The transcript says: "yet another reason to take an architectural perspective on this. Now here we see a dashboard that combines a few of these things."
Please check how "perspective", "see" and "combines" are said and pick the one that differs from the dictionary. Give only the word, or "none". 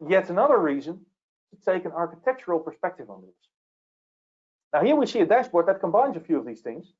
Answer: none